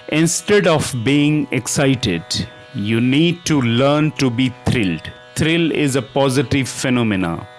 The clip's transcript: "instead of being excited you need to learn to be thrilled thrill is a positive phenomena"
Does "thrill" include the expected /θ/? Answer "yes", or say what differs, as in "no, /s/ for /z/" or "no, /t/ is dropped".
no, /t/ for /θ/